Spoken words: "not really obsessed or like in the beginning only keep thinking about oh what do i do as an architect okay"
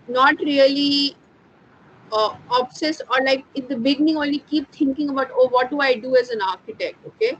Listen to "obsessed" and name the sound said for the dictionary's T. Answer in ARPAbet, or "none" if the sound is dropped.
none